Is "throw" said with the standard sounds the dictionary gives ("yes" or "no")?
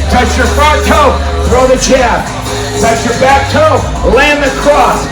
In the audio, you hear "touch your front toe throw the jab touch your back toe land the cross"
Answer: yes